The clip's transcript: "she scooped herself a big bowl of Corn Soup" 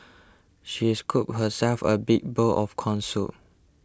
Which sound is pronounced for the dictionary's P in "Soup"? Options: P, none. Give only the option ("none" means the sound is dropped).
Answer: none